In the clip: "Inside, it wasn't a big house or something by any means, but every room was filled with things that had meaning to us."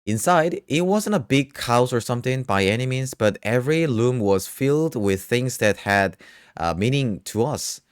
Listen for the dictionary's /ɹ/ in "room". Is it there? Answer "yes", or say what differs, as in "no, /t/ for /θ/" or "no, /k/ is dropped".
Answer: no, /l/ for /ɹ/